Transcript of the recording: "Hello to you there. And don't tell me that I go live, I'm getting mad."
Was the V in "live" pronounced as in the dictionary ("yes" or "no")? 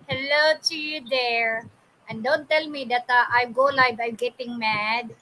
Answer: no